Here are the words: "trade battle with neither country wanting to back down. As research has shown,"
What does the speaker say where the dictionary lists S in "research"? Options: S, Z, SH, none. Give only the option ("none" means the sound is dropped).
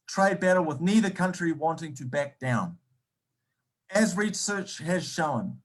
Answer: S